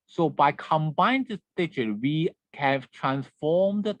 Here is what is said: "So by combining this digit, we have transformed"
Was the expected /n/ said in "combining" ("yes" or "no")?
no